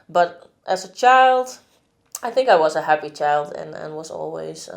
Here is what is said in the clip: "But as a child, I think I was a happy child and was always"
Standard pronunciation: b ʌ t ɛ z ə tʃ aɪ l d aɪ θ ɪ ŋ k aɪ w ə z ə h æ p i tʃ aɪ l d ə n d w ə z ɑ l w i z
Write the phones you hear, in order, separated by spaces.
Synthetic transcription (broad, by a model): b ʌ t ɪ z ə tʃ aɪ l d aɪ θ ɪ ŋ k aɪ w ə z ə h æ p i tʃ aɪ l d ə n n w ə z ɑ l w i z